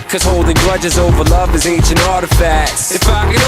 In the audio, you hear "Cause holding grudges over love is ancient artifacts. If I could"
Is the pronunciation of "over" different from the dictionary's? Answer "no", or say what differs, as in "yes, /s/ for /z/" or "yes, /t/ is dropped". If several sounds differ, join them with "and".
no